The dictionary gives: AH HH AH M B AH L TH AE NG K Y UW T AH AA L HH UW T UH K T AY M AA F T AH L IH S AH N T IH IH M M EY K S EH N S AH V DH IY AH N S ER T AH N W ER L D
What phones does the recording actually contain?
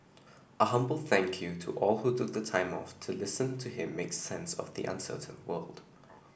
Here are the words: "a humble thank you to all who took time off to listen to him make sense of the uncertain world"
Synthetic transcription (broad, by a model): AH HH AH M B AH L TH AE NG K Y UW T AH AA L HH UW T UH K T AY M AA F T AH L IH S AH N T IH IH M M EY K S EH N S AH V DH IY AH N S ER T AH N W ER L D